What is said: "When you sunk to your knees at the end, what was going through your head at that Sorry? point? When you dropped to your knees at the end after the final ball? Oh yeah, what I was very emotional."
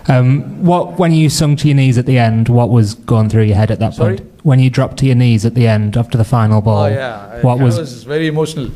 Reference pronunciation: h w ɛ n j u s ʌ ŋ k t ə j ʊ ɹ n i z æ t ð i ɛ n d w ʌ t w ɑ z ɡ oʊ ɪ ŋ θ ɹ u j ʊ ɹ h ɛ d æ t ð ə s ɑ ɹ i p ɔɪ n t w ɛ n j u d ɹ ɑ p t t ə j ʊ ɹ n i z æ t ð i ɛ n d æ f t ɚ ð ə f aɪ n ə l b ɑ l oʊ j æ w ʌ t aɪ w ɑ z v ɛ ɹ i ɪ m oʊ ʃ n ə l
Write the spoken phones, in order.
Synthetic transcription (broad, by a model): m w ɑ n j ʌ s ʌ ŋ t ə j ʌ n i z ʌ t ð i ɛ n d w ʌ t w ɑ z ɡ oʊ ɪ ŋ θ ɹ u j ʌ h ɛ d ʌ t ð ə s p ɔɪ n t w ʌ n j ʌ d ɹ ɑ p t t ə j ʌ n i z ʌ t ð i ɛ n d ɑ f t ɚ ð ə f aɪ n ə l b ɑ l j w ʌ t w ɑ z v ɛ ɹ i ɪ m oʊ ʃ n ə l